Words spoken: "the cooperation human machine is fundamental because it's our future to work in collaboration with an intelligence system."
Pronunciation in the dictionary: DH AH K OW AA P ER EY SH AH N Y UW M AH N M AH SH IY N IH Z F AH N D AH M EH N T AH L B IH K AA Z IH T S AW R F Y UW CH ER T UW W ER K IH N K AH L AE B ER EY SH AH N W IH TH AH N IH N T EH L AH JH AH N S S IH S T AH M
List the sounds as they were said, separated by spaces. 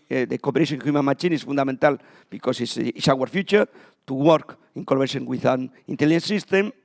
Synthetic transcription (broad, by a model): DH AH K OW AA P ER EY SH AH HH Y UW M AH N M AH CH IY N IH S F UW N D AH M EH N T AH L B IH K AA S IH S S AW R F Y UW CH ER T UW W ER K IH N K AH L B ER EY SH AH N W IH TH AH N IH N T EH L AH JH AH N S S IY S T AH M